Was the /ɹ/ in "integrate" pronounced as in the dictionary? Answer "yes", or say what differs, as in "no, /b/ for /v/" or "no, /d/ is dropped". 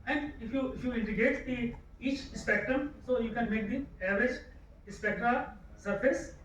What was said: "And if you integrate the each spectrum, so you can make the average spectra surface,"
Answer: no, /ɹ/ is dropped